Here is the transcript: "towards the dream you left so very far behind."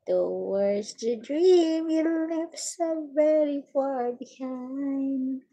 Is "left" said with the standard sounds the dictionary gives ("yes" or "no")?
no